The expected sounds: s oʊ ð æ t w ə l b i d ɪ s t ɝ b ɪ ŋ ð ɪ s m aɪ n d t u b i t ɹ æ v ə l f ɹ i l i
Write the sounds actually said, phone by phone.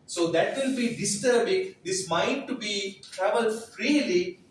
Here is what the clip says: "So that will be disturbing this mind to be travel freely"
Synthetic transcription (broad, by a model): s oʊ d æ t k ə n b i d ɪ s t ɝ b ɪ ŋ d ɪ s m aɪ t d t u b i t ɹ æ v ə l f ɹ i l i